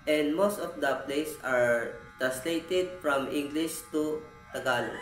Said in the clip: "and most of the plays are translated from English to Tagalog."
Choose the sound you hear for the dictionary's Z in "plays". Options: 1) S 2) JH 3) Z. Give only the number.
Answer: 1